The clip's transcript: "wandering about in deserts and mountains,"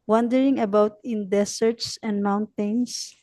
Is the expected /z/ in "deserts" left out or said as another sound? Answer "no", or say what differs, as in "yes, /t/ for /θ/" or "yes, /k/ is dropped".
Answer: yes, /s/ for /z/